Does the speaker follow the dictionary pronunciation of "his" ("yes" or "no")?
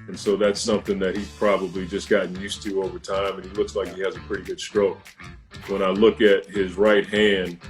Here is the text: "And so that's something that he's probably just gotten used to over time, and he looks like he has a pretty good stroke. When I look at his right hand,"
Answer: yes